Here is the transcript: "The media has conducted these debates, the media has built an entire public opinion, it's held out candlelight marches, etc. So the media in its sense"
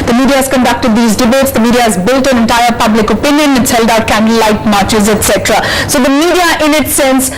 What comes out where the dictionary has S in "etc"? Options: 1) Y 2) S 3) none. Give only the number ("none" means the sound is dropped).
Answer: 2